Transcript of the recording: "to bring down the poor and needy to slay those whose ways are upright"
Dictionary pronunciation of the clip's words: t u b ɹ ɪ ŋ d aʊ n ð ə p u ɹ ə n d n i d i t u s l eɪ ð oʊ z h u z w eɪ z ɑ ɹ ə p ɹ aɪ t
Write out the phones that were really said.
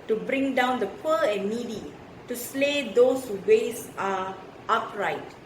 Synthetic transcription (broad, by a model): t u b ɹ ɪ ŋ d aʊ n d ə p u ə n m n i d i t u s l eɪ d oʊ s h u w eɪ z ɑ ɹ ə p ɹ aɪ t